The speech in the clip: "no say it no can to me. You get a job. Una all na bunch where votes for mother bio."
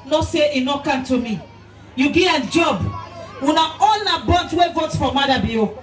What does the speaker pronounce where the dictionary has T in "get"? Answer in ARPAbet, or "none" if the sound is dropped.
none